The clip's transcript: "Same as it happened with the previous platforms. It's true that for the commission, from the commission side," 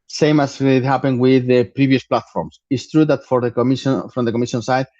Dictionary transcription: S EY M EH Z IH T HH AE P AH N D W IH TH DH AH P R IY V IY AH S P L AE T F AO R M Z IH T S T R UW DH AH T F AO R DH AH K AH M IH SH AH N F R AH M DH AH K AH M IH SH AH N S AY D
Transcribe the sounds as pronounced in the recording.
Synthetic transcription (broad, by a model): S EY M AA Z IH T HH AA P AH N W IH DH AH P R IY B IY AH S P L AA T F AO R M S IH T S T R UW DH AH T F AO R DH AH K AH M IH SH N F R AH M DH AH K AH M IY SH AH N S AY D